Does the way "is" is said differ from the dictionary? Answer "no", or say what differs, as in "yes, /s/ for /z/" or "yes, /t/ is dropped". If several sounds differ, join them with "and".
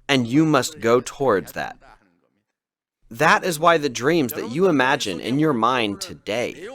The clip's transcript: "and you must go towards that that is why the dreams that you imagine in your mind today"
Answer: no